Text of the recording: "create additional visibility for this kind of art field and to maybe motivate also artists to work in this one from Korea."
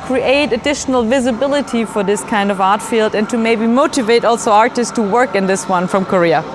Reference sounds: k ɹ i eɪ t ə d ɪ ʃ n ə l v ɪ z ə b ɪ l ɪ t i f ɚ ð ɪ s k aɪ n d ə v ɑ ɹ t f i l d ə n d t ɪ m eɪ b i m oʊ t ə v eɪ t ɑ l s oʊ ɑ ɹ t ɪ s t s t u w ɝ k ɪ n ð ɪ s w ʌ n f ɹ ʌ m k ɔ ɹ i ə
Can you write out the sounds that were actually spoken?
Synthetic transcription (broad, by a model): k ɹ i eɪ t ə d ɪ ʃ n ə l v ɪ z ə b ɪ l ɪ t i f ɚ ð ɪ s k aɪ n d ə v ɑ ɹ t f i l d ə n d t ɪ m eɪ b i m oʊ t ə v eɪ t ɑ l s oʊ ɑ ɹ t ɪ s t s t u w ɝ k ɪ n ð ɪ s w ʌ n f ɹ ʌ m k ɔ ɹ i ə